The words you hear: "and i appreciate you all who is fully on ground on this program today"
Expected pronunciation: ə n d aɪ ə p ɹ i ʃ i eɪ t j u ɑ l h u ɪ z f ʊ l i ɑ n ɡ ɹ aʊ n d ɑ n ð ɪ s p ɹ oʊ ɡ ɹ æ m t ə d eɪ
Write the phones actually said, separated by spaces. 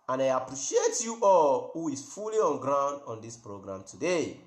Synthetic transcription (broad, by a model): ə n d aɪ ə p ɹ i ʃ i eɪ t j u ɑ l h u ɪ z f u l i ɑ n ɡ ɹ aʊ n d ɑ n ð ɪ s p ɹ oʊ ɡ ɹ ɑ m t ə d eɪ